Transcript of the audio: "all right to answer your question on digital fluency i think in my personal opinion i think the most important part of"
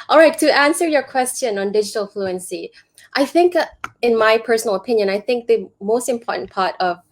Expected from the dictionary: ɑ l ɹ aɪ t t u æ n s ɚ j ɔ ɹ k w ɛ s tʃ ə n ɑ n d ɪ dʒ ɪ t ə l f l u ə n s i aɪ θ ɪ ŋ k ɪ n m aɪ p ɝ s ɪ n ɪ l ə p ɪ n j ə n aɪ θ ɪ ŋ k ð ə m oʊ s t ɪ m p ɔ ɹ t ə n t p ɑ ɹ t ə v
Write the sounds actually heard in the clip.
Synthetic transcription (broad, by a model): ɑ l ɹ aɪ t t u æ n s ɚ j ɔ k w ɛ s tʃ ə n ɑ n d ɪ dʒ ɪ t ə l f l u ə n s i aɪ θ ɪ ŋ k ɪ n m aɪ p ɝ s ɪ n ɪ l ə p ɪ n j ə n aɪ θ ɪ ŋ k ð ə m oʊ s t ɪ m p ɔ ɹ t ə n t p ɑ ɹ t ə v